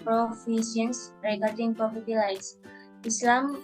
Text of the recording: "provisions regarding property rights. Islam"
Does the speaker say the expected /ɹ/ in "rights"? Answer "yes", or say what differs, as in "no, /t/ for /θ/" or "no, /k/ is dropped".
no, /l/ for /ɹ/